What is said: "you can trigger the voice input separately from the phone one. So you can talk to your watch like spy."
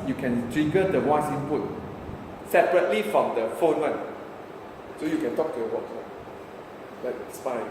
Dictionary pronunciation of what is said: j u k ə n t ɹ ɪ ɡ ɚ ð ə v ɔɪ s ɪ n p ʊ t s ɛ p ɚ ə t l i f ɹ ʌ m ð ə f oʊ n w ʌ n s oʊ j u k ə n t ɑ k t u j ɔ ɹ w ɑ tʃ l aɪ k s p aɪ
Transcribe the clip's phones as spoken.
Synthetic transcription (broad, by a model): j u k ə n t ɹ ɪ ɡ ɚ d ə w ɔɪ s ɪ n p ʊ t s ɛ p ɚ ə t l i f ɹ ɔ m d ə f oʊ n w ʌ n s oʊ j u k ə n t ɑ k t u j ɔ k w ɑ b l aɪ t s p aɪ